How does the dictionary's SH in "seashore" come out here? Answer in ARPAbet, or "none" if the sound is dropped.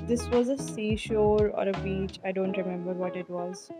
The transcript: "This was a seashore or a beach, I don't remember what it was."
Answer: SH